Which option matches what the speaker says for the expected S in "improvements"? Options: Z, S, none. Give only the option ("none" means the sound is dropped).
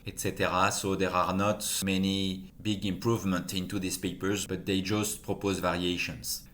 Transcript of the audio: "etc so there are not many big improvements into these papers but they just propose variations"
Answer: none